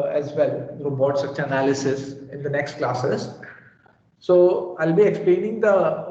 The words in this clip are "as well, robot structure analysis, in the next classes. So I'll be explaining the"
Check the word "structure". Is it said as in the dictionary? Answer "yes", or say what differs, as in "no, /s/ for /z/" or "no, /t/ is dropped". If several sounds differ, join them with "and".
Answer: no, /k/ is dropped